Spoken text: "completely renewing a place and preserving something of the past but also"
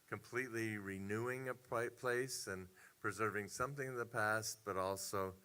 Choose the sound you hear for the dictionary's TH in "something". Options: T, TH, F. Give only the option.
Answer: TH